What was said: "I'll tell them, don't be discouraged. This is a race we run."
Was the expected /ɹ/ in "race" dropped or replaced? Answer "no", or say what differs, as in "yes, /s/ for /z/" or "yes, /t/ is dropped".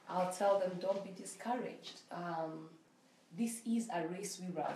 no